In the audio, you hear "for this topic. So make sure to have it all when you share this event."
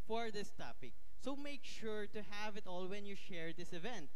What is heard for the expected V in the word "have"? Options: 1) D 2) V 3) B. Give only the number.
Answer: 2